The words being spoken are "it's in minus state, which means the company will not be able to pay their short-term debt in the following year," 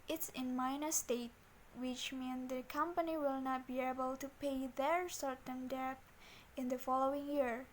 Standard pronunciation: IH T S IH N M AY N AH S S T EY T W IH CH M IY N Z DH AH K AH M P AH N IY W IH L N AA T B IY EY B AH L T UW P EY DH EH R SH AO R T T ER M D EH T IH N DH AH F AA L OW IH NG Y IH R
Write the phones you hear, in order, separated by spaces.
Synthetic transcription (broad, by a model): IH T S IH N M AY N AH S S T EY T W IH CH M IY N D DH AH K AH M P AH N IY W IH L N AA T B IY EY B AH L T UW P EY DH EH R S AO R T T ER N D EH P IH N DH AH F AA L OW IH NG Y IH R